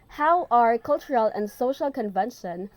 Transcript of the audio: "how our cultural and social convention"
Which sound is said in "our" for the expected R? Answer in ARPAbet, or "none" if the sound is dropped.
R